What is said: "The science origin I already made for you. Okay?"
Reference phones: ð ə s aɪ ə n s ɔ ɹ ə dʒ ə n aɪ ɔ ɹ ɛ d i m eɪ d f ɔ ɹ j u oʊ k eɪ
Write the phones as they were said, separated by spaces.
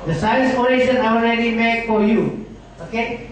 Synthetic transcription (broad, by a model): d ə s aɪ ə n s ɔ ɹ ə ʃ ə n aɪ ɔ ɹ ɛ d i m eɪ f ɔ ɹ j u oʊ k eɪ